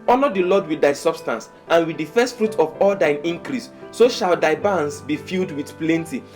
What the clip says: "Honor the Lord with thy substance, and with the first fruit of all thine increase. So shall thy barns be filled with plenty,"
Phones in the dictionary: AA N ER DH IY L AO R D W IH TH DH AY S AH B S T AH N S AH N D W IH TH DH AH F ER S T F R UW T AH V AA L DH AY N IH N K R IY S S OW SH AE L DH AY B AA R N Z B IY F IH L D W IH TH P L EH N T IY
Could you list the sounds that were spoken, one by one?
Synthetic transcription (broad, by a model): AA N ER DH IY L AO D W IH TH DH AY S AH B S T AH N S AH N W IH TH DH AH F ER S T F R UW T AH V AA L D AY N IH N K R IY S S OW SH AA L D AY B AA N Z B IY F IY L D W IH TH P L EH N T IY